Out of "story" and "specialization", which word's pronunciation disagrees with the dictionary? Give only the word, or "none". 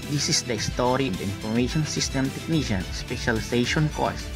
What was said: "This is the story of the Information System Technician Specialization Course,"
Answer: specialization